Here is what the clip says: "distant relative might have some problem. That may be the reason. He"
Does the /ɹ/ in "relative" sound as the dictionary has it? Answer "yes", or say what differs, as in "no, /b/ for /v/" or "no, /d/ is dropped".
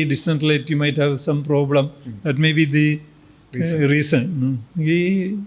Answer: no, /l/ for /ɹ/